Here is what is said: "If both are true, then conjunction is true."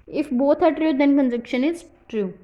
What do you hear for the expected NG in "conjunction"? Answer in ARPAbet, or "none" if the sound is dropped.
none